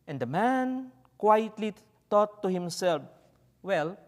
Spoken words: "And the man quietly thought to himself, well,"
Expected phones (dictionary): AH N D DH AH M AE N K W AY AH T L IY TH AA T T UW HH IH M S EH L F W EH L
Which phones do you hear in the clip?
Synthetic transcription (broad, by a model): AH N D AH M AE N K W AY AH T L IY T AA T T UW HH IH M S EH L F W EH L